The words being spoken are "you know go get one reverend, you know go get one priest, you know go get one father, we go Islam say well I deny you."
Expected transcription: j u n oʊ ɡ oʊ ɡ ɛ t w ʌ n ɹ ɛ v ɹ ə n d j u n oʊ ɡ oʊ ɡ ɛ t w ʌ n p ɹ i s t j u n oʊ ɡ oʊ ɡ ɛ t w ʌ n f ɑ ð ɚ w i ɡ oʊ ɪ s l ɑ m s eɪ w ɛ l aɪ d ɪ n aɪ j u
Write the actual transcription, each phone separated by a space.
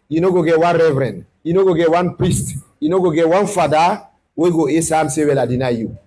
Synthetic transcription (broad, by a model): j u n oʊ ɡ oʊ ɡ ɛ t w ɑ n ɹ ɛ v ɹ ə n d j u n oʊ ɡ oʊ ɡ ɛ t w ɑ n p ɹ i s t j u n oʊ ɡ oʊ ɡ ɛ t w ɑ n f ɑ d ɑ w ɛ ɡ oʊ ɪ s ɑ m s eɪ w ɛ l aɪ d ɪ n aɪ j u